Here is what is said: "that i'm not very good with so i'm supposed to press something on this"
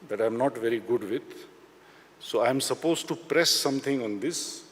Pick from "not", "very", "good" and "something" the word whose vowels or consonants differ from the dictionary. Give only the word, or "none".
something